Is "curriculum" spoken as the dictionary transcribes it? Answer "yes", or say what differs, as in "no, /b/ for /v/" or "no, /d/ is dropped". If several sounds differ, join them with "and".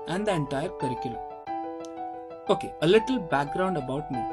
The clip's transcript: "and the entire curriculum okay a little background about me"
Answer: no, /m/ is dropped